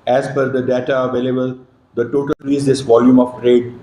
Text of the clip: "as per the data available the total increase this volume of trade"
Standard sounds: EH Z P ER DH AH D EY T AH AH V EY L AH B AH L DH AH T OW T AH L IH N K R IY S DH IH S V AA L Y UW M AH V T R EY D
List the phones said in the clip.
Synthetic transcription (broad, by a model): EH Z F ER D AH D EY T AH AH V EY L AH B AH L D AH T OW T AH L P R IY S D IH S V AA L Y UW M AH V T R EY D